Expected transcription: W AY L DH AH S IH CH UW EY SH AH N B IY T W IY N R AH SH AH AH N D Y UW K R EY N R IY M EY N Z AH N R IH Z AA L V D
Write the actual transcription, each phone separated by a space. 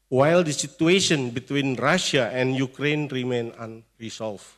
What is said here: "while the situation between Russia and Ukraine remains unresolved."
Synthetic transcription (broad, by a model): W AY L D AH S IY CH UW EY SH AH N B IY T W IY N R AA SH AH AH N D Y UW K R EY N R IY M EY N AH N R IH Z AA L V